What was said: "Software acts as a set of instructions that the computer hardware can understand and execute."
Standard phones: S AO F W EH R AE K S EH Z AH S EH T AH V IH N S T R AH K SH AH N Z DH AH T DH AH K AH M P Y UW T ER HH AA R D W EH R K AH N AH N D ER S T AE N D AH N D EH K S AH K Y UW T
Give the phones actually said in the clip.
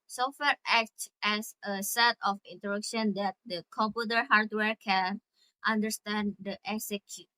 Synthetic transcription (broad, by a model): S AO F W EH R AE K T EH S AH S EH T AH F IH N T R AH K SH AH N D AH T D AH K AH M P Y UW T ER HH AA R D W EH R K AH N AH N D ER S T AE N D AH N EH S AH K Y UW